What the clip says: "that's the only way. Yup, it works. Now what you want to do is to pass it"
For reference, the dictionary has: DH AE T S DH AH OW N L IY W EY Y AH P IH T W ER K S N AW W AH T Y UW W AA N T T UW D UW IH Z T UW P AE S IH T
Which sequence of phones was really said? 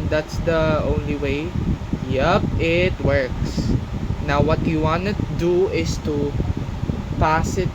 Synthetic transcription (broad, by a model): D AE T S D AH OW N L IY W EY Y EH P IH T W ER K S N AW W AH T Y UW W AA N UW T UW D UW IH S T UW P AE S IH T